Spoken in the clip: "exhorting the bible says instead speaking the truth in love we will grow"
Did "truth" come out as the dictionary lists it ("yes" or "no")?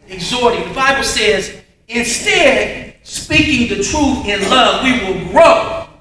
yes